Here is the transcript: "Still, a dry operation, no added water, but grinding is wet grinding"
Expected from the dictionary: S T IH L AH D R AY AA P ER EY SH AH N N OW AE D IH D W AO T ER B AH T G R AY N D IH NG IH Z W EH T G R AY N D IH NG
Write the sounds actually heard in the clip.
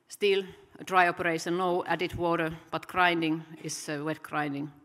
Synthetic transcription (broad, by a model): S T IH L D R AY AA P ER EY S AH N N OW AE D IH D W AO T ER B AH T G R AY N D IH NG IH S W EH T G R AY N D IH NG